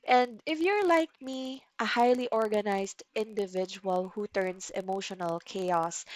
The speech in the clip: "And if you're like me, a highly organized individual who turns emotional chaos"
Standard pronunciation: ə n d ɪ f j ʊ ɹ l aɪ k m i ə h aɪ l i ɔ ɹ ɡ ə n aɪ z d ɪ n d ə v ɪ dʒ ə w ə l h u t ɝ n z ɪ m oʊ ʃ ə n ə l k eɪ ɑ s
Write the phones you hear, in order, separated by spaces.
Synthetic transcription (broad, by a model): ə n d ɪ f j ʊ ɹ l aɪ k m i ə h aɪ l i ɔ ɹ ɡ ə n aɪ s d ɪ n d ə v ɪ dʒ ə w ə l h u t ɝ n s ɪ m oʊ ʃ ə n ə l k eɪ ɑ s